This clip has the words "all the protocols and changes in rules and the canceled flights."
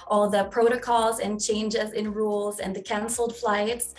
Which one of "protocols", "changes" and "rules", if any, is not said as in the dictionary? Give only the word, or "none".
none